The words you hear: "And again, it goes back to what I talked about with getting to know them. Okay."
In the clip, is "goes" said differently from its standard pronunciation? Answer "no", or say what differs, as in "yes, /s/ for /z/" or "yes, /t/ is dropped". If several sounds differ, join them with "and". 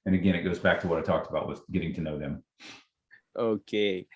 no